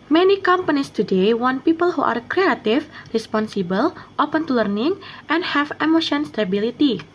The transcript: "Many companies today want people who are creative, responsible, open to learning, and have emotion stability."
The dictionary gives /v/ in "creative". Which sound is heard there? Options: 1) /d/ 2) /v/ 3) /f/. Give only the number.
3